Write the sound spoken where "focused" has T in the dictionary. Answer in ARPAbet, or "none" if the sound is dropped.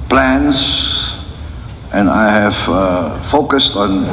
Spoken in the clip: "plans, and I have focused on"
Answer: T